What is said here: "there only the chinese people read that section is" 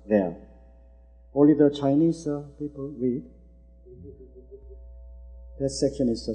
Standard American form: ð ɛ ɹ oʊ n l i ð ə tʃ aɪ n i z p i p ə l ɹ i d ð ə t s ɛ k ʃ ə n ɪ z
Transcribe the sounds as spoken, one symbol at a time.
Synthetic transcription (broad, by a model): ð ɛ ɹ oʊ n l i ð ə tʃ aɪ n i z p i p ə l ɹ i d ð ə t s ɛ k ə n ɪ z